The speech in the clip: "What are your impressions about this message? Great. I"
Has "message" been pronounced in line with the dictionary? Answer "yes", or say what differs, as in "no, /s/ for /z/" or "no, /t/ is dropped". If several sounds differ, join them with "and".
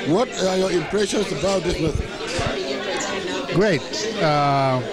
no, /θ/ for /s/